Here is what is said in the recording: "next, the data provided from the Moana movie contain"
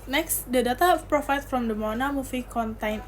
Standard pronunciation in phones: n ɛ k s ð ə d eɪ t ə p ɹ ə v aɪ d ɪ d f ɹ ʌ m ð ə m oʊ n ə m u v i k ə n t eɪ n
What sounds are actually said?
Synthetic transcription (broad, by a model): n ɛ k s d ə d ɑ t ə p ɹ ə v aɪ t f ɹ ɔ m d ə m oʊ n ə m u f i k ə n t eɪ n